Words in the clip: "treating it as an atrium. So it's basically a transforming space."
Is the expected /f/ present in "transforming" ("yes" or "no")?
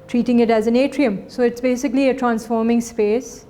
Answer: yes